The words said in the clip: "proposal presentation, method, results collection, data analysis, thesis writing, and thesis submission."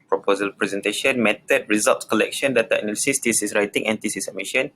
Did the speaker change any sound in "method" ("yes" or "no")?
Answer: yes